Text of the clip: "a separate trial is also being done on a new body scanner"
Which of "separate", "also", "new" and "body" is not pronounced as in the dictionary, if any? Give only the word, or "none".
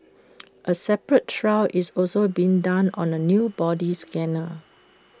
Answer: none